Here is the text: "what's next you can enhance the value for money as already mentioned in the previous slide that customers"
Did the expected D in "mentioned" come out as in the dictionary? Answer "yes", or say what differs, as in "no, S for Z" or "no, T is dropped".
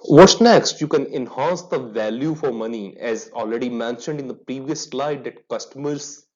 yes